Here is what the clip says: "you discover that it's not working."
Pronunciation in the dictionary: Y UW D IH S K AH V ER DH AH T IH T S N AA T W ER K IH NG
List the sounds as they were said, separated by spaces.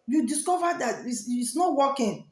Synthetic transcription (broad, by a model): Y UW D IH S K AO V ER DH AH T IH S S N AA T W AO K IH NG